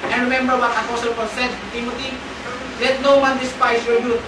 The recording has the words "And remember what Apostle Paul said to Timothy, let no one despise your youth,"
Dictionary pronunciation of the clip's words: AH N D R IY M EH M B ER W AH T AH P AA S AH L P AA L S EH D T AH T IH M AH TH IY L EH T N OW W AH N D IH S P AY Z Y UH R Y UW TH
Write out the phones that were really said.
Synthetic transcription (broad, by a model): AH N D R IY M EH M B ER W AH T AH F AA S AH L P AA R S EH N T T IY M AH T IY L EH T N OW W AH N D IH S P AY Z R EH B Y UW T